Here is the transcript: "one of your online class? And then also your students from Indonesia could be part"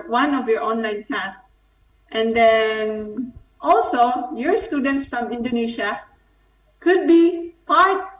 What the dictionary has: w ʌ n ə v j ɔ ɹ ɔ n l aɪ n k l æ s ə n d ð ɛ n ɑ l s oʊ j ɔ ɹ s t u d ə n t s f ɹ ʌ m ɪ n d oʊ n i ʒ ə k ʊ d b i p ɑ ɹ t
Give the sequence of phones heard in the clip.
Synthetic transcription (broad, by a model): w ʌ n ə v j ɔ ɹ ɔ n l aɪ n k æ s ə n d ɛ n ɑ l s oʊ j ɔ ɹ s t u d ə n t s f ɹ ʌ m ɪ n d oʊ n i ʃ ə k ʊ d b i p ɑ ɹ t